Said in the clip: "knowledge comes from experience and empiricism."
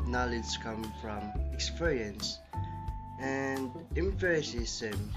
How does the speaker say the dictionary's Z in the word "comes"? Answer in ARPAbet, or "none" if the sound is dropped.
none